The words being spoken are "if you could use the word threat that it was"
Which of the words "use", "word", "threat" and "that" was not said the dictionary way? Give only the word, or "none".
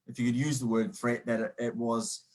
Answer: threat